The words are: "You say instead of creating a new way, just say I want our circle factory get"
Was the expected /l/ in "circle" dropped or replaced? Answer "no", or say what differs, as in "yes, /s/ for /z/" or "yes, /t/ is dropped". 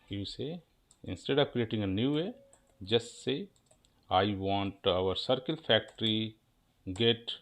no